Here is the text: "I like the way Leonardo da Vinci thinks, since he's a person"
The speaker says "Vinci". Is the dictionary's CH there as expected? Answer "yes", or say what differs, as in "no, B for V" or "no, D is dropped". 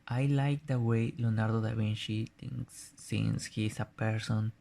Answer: no, SH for CH